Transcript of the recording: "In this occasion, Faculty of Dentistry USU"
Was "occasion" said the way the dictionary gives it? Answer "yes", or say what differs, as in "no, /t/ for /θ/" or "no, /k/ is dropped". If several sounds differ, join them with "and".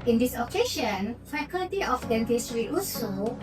no, /ʃ/ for /ʒ/